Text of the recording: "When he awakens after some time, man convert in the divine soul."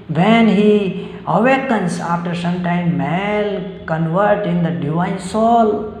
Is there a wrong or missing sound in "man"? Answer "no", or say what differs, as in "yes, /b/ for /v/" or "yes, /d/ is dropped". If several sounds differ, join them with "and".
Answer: yes, /l/ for /n/